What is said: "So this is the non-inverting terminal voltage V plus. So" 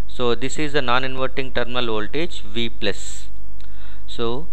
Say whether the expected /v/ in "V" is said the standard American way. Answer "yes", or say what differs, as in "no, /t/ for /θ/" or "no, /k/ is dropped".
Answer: yes